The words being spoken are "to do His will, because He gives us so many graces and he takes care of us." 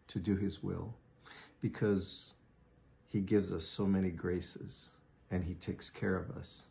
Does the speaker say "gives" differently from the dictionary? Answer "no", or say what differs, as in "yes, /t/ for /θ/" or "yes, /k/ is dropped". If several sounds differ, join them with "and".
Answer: no